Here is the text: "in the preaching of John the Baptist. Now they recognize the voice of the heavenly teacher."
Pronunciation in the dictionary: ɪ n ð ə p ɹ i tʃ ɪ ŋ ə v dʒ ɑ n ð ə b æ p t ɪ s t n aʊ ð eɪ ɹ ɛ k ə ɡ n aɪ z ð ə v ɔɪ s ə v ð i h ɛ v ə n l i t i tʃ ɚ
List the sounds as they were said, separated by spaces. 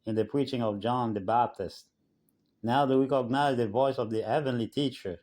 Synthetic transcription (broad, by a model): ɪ n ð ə p ɹ i tʃ ɪ ŋ ə v dʒ ɑ n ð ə b æ p t ɪ s t n aʊ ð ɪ w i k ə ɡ n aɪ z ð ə v ɔɪ s ə v ð i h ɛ v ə n l i t i tʃ ɚ